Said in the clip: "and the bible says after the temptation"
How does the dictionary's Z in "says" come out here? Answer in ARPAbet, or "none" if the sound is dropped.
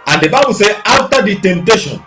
none